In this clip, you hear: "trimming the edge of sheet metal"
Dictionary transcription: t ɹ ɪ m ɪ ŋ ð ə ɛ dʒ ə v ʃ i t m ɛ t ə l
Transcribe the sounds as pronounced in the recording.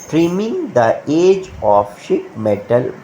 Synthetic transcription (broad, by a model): t ɹ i m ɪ ŋ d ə ɛ dʒ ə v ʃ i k m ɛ t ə l